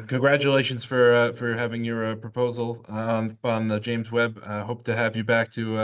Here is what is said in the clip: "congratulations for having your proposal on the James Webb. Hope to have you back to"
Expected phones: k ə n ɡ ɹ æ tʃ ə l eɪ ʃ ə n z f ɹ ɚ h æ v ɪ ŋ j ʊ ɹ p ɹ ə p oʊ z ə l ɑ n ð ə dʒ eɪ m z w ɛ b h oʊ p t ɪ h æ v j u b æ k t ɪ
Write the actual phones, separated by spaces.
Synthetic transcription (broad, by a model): k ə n ɡ ɹ æ tʃ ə l eɪ ʃ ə n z f ɹ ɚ h æ v ɪ ŋ j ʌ ɹ p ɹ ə p oʊ z l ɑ n ð ə dʒ eɪ m z w ɛ b h oʊ p t ɪ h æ v j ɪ b æ k t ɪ